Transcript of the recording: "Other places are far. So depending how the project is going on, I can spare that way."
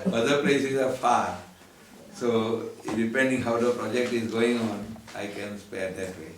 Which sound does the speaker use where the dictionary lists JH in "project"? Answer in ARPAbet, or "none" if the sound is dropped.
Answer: JH